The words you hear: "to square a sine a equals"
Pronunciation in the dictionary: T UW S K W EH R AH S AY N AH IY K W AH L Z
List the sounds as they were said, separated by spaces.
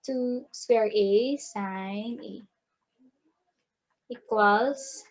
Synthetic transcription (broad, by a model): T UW S W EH R AH S AY N AH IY K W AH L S